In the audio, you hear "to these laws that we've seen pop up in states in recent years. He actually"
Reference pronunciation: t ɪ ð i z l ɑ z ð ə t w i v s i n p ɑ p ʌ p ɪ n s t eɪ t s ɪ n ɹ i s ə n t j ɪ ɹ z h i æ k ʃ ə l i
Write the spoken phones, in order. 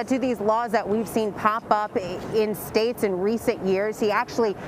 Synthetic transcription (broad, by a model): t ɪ ð i z l ɑ z ð ə t w i v s i n p ɑ p ʌ p ɪ n s t eɪ t s ɪ n ɹ i s ə n t j ɪ ɹ z h i æ k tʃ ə l i